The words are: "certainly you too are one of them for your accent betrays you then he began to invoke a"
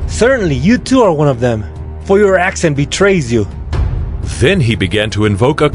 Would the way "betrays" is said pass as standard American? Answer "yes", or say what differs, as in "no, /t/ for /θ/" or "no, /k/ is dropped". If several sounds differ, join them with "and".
yes